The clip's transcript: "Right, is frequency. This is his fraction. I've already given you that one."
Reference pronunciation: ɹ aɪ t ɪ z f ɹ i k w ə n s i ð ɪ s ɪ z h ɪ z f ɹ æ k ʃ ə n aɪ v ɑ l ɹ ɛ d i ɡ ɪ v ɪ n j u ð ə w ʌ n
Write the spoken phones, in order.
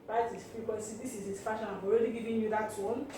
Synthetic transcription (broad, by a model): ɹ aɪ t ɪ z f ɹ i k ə s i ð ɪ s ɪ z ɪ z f ɑ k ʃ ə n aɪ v ɑ l ɹ ɛ d i ɡ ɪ v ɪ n j u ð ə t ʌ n